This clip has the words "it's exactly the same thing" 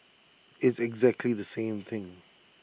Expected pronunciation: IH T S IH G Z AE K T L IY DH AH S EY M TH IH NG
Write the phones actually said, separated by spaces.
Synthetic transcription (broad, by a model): IH T S IH G Z AE K T L IY DH AH S EY M TH IH NG